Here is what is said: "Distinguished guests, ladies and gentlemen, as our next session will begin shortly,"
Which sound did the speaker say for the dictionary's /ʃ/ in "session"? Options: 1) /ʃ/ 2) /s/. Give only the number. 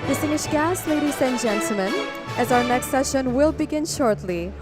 1